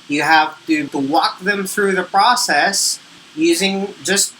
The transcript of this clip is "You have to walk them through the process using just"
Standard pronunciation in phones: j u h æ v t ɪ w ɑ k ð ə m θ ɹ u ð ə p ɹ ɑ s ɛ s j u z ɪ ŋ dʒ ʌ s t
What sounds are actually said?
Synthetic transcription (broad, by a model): j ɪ h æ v t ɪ w ɑ k ð ə m θ ɹ u ð ə p ɹ ɑ s ɛ s j u z ɪ ŋ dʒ ʌ s t